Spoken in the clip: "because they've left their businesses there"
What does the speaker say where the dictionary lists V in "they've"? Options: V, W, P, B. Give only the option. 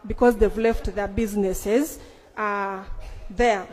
V